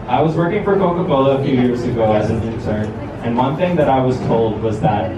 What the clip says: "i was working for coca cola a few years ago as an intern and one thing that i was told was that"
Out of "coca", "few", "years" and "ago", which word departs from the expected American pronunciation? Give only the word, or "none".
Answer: none